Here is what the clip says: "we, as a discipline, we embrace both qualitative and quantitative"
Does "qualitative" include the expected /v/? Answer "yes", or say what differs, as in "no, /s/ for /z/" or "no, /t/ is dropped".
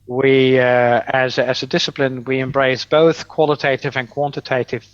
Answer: yes